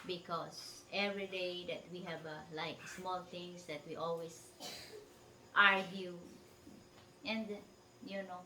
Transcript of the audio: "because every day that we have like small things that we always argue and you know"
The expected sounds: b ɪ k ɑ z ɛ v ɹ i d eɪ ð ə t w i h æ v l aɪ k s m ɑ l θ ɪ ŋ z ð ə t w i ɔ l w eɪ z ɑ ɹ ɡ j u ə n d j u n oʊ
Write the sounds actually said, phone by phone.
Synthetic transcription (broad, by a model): b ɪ k ɑ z ɛ v ɹ i d eɪ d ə t w i h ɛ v l aɪ k s m ɑ l t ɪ ŋ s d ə t w i ɔ l w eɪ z ɑ ɹ ɡ j u ə n d j u n oʊ